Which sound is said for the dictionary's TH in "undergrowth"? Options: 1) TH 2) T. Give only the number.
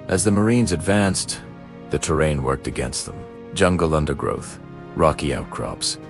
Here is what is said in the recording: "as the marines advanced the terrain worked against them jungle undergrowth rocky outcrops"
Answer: 1